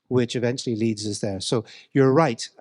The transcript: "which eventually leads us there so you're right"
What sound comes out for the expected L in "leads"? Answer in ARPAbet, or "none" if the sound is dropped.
L